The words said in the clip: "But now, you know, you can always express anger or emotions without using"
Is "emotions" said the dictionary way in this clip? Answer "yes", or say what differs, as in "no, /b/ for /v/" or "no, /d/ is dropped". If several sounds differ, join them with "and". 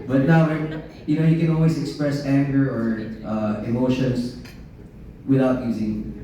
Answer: no, /s/ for /z/